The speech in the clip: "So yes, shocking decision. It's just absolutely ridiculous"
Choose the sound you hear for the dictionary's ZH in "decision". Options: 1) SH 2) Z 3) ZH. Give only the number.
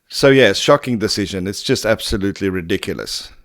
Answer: 3